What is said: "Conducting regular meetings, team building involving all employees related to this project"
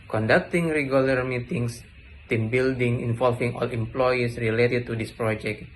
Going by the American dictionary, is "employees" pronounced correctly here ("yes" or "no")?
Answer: no